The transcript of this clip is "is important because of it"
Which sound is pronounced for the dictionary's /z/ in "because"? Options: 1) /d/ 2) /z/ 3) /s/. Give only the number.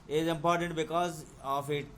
2